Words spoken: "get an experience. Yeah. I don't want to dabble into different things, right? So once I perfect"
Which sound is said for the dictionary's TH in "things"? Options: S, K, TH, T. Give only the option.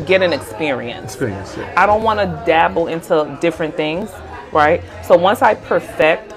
TH